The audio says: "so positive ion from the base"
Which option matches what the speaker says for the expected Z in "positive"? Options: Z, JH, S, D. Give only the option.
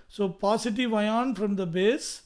S